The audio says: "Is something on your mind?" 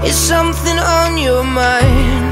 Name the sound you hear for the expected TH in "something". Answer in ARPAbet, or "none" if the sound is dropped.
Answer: TH